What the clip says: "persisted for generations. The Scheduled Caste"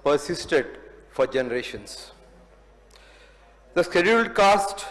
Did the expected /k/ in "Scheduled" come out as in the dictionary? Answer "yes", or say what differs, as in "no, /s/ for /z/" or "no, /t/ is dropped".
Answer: yes